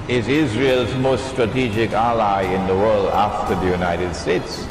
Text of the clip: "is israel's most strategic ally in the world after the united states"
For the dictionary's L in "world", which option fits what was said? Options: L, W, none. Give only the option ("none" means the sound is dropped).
L